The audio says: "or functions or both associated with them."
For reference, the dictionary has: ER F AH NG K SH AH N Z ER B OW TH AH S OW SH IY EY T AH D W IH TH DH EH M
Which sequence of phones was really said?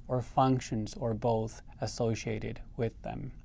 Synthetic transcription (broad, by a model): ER F AH NG K SH AH N Z ER B OW TH AH S OW SH IY EY T AH D W IH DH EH M